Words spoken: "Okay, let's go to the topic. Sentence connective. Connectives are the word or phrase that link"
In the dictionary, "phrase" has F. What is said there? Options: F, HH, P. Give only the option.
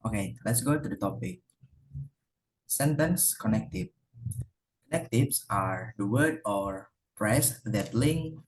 P